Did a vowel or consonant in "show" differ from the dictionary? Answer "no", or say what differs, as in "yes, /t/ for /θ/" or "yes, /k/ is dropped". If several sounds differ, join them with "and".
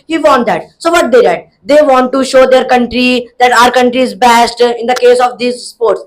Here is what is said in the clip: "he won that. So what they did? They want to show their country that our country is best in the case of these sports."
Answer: no